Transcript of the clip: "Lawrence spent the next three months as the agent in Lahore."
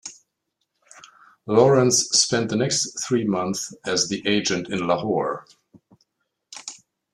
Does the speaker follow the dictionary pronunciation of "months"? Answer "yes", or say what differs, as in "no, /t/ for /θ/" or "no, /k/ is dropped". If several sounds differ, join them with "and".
no, /s/ is dropped